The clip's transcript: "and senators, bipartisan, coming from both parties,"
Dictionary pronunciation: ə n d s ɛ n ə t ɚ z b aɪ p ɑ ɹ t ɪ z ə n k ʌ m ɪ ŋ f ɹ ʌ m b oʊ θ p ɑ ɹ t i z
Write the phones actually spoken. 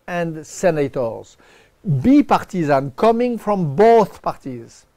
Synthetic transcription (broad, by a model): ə n d s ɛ n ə t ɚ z b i p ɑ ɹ t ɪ z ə n k ʌ m ɪ ŋ f ɹ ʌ m b oʊ θ p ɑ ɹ t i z